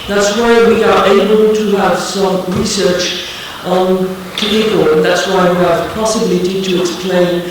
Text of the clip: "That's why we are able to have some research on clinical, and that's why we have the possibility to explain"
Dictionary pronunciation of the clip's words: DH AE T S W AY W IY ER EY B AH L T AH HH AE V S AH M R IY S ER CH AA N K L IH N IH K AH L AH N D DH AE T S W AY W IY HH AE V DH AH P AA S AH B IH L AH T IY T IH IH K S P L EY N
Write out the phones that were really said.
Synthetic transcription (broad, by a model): DH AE T S W AY W IY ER EY B AH L T AH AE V S AH M R IY S ER CH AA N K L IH IH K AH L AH N DH AE T S W AY W IY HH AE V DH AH P AA S AH B IH L AH T IY T IH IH K S P L EY N